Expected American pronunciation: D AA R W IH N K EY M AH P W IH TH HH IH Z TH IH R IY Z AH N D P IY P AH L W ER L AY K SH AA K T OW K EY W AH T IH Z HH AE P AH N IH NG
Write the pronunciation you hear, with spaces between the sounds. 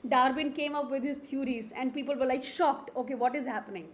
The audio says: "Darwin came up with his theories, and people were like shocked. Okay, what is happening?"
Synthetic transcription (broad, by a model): D AA R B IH N K EY M AH P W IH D HH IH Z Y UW R IY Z AH N D P IY P AH L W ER L AY K SH AA K T OW K EY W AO T IH Z HH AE P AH N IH NG